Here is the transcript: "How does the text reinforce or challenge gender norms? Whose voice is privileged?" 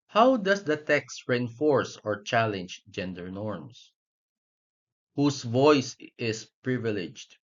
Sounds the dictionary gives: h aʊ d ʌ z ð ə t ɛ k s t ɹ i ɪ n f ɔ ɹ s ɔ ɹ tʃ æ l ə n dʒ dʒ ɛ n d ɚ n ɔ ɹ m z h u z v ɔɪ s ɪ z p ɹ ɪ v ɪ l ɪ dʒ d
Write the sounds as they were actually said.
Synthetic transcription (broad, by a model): h aʊ d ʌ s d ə t ɛ k s t ɹ i ɪ n f ɔ ɹ s ɔ ɹ tʃ æ l ə n dʒ dʒ ɛ n d ɚ n ɔ ɹ m s h u s v ɔɪ s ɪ s p ɹ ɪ v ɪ l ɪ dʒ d